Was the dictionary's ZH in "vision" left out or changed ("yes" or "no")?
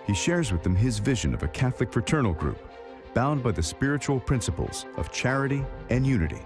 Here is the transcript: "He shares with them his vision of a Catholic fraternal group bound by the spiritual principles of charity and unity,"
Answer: no